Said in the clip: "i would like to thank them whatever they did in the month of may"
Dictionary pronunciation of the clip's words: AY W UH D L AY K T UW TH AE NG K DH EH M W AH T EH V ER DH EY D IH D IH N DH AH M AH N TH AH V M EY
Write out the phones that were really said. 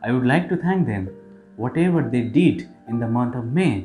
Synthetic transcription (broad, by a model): AY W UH D L AY K T UW T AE NG K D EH M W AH T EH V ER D EY D IH D IH N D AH M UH N T AH V M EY